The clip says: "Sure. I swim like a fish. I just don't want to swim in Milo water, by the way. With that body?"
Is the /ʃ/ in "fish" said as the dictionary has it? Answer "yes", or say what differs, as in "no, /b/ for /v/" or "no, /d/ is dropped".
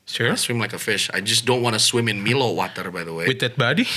yes